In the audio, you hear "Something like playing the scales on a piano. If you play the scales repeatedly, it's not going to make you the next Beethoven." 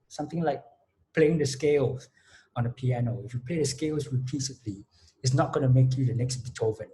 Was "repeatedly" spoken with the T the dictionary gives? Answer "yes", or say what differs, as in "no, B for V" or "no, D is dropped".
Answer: no, S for T